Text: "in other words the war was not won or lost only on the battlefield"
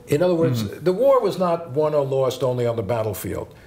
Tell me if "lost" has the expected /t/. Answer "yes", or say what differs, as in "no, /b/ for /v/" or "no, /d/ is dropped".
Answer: yes